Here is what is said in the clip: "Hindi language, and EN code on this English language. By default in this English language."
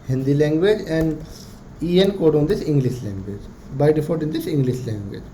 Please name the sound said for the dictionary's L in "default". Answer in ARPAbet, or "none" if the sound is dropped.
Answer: none